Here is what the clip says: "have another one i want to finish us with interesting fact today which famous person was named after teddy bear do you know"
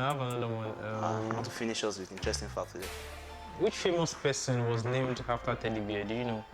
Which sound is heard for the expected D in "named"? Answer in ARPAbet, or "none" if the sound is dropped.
D